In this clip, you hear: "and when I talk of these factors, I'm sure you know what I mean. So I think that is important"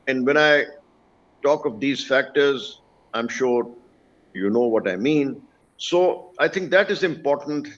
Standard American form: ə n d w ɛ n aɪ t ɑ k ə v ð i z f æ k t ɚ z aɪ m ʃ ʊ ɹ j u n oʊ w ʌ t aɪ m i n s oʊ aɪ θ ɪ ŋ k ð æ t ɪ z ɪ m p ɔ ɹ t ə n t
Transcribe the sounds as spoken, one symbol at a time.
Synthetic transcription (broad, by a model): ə n d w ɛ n aɪ t ɑ k ə v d i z f æ k t ɚ z aɪ m ʃ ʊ ɹ j u n oʊ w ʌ t aɪ m i n s oʊ aɪ t ɪ ŋ k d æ t ɪ z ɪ m p ɔ ɹ t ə n t